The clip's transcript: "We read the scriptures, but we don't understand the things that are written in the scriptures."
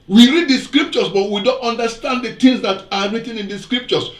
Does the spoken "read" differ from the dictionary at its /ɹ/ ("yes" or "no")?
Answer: no